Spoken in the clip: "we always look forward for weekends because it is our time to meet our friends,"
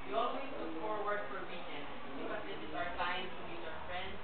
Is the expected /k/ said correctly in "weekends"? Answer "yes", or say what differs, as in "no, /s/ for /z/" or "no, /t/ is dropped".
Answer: no, /k/ is dropped